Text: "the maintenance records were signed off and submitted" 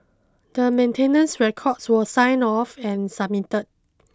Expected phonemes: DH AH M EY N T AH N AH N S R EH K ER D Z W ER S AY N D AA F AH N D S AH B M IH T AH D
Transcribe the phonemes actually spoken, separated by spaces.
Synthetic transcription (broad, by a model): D AH M EY N T AH N AH N S R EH K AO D S W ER S AY N AA F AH N S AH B M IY T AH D